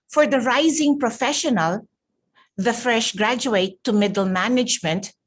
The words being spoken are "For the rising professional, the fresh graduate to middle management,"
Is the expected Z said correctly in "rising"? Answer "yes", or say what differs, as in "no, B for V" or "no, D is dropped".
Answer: yes